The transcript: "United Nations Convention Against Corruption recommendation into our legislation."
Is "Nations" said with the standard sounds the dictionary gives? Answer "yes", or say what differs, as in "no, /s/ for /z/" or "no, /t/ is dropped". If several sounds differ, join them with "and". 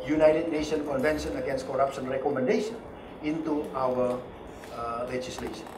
no, /z/ is dropped